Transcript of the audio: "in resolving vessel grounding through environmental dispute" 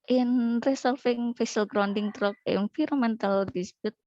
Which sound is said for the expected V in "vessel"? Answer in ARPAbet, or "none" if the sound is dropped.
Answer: F